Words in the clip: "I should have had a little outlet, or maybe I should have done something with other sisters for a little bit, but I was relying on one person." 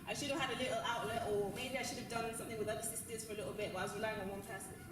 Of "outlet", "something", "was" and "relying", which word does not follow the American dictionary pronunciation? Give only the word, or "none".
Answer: none